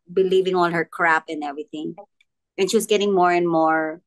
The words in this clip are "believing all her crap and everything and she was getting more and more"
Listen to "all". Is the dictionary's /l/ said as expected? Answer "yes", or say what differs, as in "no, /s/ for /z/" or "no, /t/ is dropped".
yes